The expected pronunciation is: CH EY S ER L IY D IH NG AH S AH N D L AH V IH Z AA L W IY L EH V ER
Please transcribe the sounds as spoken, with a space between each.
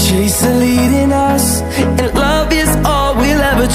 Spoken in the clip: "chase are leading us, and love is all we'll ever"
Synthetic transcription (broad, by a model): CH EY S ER L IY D IH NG AH S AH N L AH V IH Z AA L W IY L EH V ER